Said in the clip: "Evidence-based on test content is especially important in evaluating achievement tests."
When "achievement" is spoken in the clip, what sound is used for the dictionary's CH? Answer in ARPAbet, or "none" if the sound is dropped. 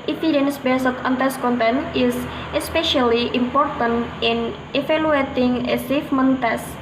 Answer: S